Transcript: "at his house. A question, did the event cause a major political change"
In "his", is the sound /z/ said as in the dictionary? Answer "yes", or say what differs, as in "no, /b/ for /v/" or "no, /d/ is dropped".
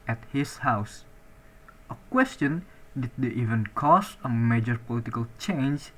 no, /s/ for /z/